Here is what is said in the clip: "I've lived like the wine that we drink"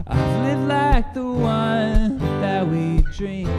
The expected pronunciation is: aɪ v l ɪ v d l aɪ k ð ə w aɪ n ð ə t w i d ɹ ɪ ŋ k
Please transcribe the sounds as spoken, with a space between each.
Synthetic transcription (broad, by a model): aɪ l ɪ d l aɪ k ð ə w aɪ n ð ə t w i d ɹ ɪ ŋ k